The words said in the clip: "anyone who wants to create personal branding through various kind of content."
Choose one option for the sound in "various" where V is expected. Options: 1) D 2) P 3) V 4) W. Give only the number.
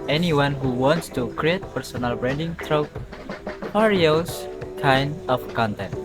2